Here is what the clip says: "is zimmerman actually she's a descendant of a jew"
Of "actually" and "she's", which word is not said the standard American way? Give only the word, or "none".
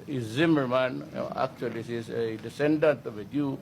she's